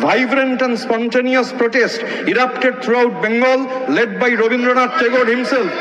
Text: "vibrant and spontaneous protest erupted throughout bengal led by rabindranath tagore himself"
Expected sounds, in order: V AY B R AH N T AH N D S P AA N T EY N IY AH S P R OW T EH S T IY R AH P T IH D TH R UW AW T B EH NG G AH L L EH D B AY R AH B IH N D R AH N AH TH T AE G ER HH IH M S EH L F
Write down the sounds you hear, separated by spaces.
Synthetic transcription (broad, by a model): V AY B R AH N T AH N D S P AA N T EY N IY AH S P R OW T EH S T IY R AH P T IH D T R UW AW T B EH NG G AH L L EH D B AY R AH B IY N D R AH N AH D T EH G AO HH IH M S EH L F